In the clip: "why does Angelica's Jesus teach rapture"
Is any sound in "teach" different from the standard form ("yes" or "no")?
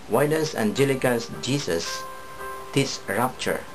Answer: yes